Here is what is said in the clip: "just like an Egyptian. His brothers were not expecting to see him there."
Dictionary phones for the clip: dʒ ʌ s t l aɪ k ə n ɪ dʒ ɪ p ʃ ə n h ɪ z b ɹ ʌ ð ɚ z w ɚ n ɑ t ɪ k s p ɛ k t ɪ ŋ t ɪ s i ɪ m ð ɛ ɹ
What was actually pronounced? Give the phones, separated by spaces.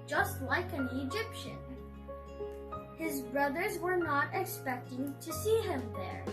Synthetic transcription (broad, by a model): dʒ ʌ s t l aɪ k ə n ɪ dʒ ɪ p ʃ ə n h ɪ z b ɹ ʌ ð ɚ z w ɚ n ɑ t ɪ k s p ɛ k t ɪ ŋ t ɪ s i ɪ m ð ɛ ɹ